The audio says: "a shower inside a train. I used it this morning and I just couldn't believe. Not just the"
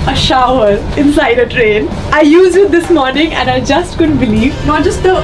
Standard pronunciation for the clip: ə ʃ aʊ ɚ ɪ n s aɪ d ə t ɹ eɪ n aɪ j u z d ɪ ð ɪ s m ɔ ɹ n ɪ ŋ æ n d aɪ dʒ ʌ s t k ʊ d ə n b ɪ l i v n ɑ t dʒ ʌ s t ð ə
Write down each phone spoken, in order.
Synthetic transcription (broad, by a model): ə ʃ aʊ ɚ ɪ n s aɪ d ə t ɹ eɪ n aɪ j u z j ɪ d ɪ s m ɔ ɹ n ɪ ŋ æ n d aɪ dʒ ʌ s t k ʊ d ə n b ɪ l i v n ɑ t dʒ ʌ s t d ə